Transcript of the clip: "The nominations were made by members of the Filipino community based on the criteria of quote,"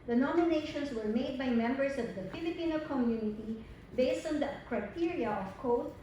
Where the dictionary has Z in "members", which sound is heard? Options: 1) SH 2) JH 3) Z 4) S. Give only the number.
4